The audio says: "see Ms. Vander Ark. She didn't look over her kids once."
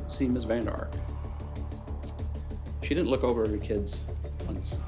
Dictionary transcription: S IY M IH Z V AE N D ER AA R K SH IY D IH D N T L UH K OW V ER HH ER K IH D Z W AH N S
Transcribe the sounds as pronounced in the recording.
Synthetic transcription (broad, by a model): S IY M IH Z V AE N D AA R K SH IY D IH D N T L UH K OW V ER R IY K IH D Z W AH N S